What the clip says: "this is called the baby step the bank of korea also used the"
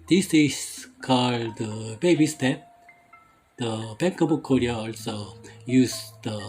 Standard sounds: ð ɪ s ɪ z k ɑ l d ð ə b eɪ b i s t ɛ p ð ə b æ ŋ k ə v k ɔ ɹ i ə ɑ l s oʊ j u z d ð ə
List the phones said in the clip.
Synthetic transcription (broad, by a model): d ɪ s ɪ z k ɑ l d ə b eɪ b i s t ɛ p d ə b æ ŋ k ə b k ɔ ɹ i ə ɑ l s oʊ j u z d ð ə